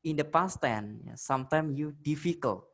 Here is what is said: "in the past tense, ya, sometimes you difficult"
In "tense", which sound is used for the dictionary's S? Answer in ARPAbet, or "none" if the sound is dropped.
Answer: none